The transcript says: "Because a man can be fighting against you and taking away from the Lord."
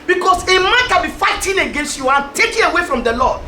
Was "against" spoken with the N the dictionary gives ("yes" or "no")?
yes